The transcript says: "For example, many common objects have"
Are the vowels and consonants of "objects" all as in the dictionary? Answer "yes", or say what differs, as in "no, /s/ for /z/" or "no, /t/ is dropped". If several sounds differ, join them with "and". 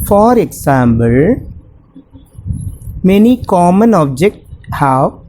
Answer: no, /s/ is dropped